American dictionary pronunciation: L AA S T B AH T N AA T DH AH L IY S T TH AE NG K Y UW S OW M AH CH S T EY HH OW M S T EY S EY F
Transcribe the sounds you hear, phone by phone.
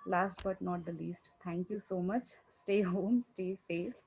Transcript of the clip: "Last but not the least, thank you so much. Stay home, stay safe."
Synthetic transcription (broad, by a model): L AA S T B AH T N AA T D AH L IY S T T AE NG K Y UW S OW M AH CH S T EY HH OW M S T EY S EY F